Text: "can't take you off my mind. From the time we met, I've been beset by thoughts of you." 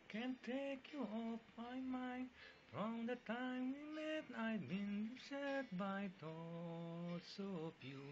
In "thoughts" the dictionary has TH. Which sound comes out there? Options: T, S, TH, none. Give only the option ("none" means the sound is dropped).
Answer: T